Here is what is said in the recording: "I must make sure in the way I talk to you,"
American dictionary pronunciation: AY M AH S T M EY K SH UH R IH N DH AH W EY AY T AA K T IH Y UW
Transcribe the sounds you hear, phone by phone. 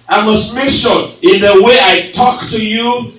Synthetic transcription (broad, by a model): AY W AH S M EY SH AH L IH N DH AH W EY AY T AA K T IH Y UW